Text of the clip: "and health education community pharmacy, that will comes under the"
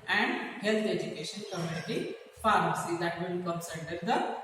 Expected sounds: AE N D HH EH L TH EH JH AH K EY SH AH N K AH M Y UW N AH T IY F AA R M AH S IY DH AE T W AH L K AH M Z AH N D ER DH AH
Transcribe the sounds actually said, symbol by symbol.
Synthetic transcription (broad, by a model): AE N D HH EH L T EH JH AH K EY SH AH N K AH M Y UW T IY F AA R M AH S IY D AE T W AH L K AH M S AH D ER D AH